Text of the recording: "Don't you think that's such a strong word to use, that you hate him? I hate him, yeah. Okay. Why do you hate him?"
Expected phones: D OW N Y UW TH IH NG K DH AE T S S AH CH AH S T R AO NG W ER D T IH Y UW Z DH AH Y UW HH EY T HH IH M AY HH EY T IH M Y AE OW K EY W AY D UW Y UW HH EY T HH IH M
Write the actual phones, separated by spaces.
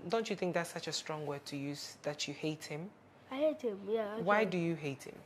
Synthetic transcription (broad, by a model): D OW N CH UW TH IH NG K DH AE T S S AH CH AH S T R AO NG W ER T IH Y UW Z DH AH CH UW HH EY T HH IH M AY HH EY T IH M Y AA W AY D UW Y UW HH EY T HH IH M